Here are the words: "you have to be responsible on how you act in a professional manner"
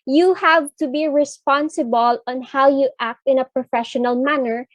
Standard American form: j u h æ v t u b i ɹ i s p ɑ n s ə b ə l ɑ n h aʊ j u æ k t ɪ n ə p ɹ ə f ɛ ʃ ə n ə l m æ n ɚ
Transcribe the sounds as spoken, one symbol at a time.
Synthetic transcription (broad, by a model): j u h æ v t u b i ɹ i s p ɑ n s ə b ə l ɑ n h aʊ j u æ k t ɪ n ə p ɹ ə f ɛ ʃ ə n ə l m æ n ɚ